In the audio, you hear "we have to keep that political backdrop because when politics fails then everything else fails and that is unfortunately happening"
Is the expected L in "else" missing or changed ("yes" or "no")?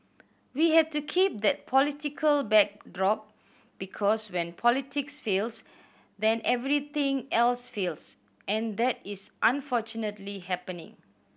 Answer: no